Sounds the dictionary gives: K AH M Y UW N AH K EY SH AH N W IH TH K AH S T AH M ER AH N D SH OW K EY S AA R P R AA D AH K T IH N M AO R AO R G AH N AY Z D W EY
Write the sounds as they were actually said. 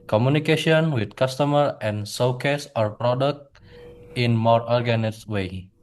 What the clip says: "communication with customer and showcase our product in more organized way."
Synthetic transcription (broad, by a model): K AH M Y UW N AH K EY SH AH N W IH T K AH S T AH M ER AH N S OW K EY S AA R P R AA D AH K T IH N M AO R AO R G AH N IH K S W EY